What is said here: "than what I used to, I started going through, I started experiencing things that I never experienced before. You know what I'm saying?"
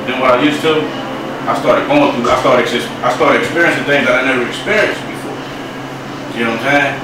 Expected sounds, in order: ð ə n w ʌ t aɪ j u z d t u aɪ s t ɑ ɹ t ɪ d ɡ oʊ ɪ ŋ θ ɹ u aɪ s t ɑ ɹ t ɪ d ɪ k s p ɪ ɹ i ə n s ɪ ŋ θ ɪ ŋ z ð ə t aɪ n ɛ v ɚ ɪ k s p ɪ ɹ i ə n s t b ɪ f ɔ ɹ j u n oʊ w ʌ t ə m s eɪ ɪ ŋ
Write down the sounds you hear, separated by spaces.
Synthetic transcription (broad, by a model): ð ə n w ʌ t aɪ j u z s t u aɪ s t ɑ ɹ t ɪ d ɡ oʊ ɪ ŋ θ u aɪ s t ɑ ɹ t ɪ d ɪ k s p ɪ ɹ i ə n s ɪ ŋ θ ɪ ŋ z ð ə t aɪ n ɛ v ɚ ɪ k s p ɪ ɹ i ə n s t b ɪ f ɔ ɹ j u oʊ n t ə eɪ